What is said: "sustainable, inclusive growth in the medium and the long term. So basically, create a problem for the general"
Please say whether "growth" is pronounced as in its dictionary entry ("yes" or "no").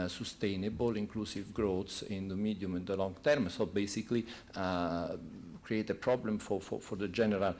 no